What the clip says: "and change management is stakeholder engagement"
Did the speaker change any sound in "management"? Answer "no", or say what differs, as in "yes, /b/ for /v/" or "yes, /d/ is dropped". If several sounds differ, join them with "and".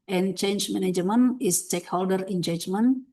yes, /t/ is dropped